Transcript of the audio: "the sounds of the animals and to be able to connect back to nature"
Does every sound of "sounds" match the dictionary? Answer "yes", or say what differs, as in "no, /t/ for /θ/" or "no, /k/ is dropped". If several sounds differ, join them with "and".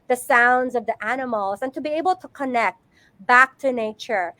yes